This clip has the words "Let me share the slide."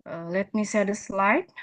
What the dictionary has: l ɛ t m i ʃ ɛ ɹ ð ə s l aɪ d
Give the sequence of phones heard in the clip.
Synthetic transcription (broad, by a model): l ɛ t m i s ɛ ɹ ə s l aɪ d